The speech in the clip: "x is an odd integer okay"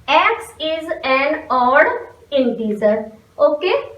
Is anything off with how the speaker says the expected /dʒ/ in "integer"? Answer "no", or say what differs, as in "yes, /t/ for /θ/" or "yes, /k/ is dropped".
yes, /z/ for /dʒ/